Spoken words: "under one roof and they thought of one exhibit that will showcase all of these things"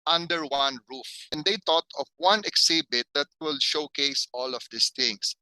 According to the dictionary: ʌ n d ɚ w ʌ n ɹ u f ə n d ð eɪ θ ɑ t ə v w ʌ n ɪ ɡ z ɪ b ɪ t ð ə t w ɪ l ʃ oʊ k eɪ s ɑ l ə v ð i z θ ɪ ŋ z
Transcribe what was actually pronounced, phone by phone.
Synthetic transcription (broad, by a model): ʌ n d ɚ w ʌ n ɹ u f ə n d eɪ t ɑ t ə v w ʌ n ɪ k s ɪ b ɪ t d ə t w ɪ l ʃ oʊ k eɪ s ɑ l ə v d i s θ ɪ ŋ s